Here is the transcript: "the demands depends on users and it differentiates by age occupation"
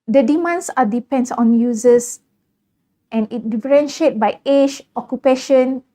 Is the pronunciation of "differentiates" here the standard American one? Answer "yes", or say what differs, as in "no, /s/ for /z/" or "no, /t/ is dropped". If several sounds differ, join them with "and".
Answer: no, /s/ is dropped